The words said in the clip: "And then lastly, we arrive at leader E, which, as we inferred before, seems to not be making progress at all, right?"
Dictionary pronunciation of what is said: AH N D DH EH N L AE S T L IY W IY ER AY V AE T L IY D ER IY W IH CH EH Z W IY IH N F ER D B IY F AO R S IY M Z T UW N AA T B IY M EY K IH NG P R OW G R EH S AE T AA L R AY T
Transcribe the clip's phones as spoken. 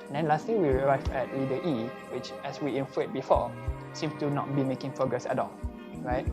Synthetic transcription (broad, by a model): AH N D EH N L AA S T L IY W IY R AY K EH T W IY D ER IY W IH CH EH S W IY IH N F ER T B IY F AO S IY M S T UW N AA T B IY M EY K IH NG P R OW G R EH S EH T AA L R AY T